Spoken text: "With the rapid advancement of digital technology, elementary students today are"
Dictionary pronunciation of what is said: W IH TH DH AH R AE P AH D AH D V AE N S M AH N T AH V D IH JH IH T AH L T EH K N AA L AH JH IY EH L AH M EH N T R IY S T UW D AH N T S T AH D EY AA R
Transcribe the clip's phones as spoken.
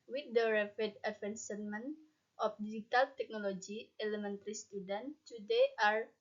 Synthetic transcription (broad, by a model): W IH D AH R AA F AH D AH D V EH N S M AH N T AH F D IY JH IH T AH L T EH K N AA L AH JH IY EH L AH M EH N T R IY S T UW D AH N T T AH D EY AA R